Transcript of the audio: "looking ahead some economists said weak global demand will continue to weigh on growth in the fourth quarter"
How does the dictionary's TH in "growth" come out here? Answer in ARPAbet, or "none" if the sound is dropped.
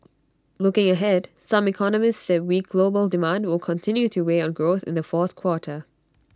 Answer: TH